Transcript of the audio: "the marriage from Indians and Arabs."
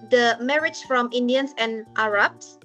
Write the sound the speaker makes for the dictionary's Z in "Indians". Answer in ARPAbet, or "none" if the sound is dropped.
S